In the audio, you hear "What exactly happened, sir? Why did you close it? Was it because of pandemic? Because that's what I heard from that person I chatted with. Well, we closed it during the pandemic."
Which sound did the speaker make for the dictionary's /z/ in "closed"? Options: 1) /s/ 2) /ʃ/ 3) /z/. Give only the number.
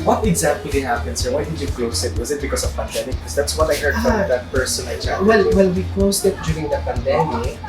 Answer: 1